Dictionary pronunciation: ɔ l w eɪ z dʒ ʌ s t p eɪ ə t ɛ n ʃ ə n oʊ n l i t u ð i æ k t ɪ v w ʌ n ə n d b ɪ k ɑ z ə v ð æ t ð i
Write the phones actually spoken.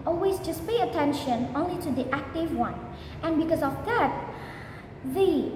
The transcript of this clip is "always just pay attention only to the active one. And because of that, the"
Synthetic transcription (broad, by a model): ɔ l w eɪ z dʒ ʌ s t p eɪ ə t ɛ n ʃ ə n oʊ n l i t u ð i æ k t ɪ v w ʌ n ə n b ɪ k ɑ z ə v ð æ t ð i